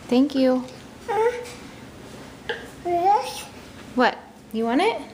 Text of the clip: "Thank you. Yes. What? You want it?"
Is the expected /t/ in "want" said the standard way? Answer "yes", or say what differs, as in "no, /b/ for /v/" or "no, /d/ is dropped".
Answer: no, /t/ is dropped